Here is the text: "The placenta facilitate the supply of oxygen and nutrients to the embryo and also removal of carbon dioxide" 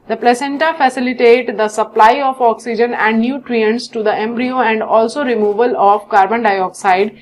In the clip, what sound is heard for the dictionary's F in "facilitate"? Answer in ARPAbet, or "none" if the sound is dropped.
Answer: F